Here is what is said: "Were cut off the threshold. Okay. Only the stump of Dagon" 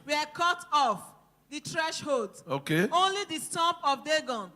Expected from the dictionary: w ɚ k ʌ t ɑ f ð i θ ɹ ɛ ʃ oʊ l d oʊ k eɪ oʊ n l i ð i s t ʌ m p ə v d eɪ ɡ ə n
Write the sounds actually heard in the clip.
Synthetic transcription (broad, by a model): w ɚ k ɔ t ɑ f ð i t ɹ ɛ ʃ oʊ l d oʊ k eɪ oʊ n l i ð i s t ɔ m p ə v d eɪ ɡ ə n